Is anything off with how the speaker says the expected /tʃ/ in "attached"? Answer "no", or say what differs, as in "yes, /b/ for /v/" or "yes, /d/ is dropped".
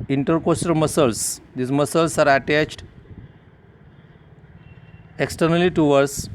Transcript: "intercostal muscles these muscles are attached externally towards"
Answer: no